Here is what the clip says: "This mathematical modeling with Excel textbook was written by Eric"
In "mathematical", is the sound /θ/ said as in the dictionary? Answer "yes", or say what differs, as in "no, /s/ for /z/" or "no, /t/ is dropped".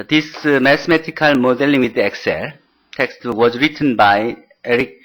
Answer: no, /t/ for /θ/